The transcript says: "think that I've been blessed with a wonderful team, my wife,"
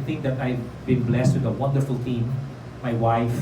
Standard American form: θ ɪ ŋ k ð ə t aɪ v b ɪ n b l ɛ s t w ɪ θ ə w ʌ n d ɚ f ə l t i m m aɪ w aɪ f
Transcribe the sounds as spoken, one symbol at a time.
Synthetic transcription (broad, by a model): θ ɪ ŋ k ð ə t aɪ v b ɪ n b l ɛ s t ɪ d ə w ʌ n d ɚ f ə l t i m m aɪ w aɪ f